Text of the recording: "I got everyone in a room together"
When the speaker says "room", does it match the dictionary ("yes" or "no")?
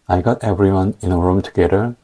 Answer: yes